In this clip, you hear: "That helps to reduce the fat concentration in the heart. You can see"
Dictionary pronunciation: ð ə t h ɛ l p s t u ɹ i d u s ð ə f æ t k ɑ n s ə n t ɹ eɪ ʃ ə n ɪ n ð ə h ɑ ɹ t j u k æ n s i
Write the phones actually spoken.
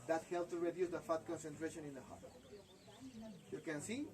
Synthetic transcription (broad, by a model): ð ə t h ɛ l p t u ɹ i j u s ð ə f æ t k ɑ n s ə n t ɹ eɪ ʃ ə n ɪ n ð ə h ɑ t j u k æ n s i